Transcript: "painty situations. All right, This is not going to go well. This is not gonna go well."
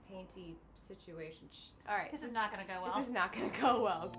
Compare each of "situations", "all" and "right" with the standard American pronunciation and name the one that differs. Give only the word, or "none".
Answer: situations